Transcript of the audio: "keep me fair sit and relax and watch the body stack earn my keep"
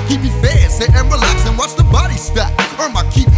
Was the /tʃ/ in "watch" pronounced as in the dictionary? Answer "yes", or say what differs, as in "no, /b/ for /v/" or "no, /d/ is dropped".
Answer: no, /s/ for /tʃ/